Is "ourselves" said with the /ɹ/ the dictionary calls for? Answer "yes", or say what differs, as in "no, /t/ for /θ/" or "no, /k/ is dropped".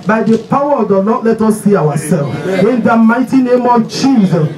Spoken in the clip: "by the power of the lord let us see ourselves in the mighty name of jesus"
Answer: no, /w/ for /ɹ/